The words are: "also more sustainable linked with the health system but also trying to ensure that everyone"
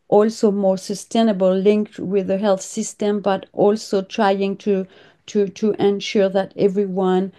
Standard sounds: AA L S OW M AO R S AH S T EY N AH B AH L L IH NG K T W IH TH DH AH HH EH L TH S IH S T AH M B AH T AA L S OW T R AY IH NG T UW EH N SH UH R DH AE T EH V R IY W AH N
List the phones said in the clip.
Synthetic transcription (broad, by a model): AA L S OW M AO R S AH S T EY N AH B AH L L IH NG K T W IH DH AH HH EH L TH S IH S T AH M B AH T AA L S OW T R AY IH NG T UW EH N SH UH R DH AE T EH V R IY W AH N